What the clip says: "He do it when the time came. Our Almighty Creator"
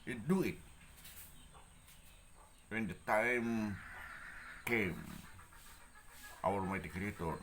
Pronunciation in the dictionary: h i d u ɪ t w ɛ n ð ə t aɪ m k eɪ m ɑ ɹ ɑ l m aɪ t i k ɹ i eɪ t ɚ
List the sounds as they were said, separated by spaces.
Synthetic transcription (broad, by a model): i d u ɪ t w ɛ n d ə t aɪ m k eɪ m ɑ w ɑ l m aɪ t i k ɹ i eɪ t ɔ